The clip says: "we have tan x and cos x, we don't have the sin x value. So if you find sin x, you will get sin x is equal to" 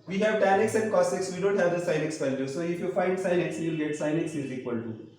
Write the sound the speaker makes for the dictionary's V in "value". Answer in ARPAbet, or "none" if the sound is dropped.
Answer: P